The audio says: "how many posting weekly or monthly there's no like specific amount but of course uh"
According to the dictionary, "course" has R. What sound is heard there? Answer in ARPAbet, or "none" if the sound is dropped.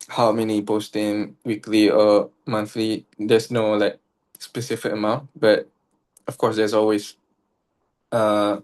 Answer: W